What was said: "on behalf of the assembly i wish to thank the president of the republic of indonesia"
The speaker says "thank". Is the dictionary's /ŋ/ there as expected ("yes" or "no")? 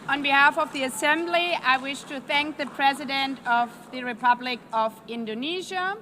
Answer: yes